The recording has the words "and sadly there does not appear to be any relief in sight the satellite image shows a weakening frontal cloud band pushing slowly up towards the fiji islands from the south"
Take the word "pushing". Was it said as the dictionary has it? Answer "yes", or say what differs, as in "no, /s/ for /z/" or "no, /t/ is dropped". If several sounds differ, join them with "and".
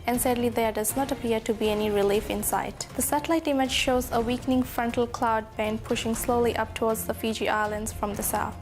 yes